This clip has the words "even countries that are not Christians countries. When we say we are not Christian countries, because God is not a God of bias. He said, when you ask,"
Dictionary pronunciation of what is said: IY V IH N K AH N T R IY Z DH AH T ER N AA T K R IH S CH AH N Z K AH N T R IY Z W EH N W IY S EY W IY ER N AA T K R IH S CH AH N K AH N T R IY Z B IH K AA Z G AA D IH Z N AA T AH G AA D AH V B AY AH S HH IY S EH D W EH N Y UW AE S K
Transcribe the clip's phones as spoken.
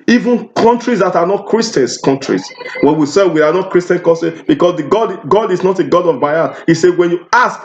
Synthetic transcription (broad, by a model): IY V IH N K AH N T R IY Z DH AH T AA N AA T K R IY S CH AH N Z K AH N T R IY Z W EH N W IY S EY W IY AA N AA T K R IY S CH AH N K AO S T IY B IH K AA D G AA D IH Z N AA T AH G AA D AH V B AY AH HH IY S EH W EH N Y UW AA S K